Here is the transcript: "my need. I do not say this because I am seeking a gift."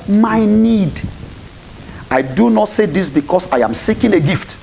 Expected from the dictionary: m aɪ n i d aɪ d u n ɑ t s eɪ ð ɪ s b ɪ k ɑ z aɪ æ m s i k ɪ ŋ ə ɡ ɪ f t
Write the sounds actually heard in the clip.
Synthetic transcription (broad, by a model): m aɪ n i d aɪ d u n ɑ t s eɪ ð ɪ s b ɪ k ɑ s aɪ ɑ m s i k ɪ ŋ ə ɡ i f t